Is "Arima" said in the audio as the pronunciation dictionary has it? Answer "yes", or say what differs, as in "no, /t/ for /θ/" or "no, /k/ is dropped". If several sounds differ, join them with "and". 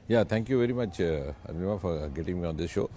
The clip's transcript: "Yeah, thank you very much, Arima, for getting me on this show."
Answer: no, /ɹ/ is dropped